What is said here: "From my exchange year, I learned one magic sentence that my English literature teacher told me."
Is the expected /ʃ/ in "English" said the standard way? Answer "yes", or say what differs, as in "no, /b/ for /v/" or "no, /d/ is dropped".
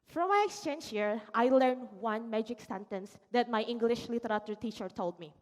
yes